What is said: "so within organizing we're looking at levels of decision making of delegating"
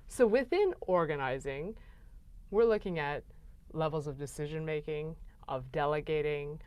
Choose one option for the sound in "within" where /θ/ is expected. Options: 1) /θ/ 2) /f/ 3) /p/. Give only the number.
1